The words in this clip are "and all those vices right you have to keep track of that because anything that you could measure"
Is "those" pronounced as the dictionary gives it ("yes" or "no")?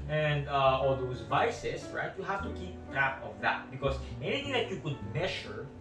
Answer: no